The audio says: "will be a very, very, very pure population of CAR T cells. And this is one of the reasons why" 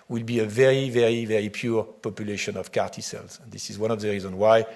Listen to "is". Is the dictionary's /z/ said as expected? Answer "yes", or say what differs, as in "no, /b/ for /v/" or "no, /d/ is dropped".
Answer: yes